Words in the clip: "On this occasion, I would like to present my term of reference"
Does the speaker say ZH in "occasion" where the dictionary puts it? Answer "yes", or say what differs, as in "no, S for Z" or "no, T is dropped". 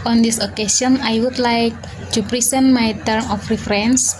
no, S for ZH